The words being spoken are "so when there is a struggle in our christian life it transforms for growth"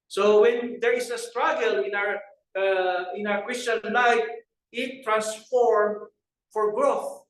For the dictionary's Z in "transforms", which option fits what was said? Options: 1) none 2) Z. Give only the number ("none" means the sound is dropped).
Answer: 1